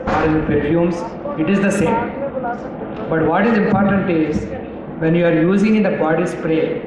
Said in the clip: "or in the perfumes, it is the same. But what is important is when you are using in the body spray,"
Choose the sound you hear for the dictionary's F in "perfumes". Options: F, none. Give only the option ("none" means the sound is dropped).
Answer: none